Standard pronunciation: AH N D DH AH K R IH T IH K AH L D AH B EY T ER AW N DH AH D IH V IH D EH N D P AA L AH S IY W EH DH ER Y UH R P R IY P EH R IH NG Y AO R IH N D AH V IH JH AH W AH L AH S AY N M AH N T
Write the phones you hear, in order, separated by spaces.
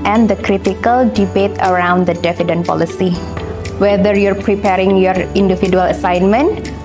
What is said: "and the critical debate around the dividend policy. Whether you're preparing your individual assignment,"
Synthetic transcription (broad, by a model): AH N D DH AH K R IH T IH K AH L D AH B EY T ER AW N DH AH D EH F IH D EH N P AA L AH S IY W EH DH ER Y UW R P R IY P EH R IH NG Y AO R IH N D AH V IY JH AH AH L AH S AY N M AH N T